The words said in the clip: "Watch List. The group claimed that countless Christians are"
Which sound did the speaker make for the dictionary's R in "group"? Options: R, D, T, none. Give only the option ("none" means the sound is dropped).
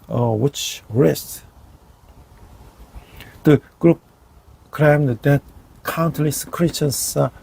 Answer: R